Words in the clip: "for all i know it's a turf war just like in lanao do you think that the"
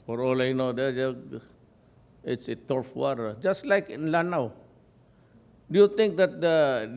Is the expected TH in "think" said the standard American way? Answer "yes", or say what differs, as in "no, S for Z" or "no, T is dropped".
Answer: no, T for TH